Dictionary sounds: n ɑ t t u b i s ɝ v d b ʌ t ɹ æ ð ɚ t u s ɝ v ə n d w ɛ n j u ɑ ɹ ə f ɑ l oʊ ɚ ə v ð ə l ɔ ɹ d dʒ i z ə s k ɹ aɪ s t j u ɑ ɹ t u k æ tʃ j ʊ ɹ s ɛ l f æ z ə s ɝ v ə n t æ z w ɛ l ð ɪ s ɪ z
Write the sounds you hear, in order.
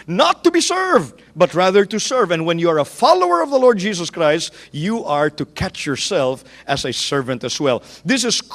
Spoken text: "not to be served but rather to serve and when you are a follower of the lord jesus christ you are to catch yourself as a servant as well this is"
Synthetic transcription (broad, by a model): n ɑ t t u b i s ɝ v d b ʌ t ɹ æ ð ɚ t u s ɝ v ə n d w ɛ n j u ɑ ɹ ə f ɑ l oʊ ɚ ə v ð ə l ɔ ɹ d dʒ i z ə s k ɹ aɪ s t j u ɑ ɹ t u k æ tʃ j ʊ ɹ s ɛ l f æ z ə s ɝ v ə n t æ s w ɛ l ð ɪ s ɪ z